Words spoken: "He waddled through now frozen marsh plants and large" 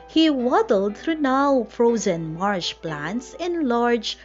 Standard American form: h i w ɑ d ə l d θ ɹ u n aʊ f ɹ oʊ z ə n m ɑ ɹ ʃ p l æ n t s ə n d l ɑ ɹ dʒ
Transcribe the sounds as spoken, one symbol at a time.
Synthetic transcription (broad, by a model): h i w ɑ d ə l d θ ɹ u n aʊ f ɹ oʊ z ə n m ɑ ɹ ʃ p l æ n t s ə n l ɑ ɹ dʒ